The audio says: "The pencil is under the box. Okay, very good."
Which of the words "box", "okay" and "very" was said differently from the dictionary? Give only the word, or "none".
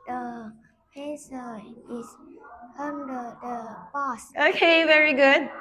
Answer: box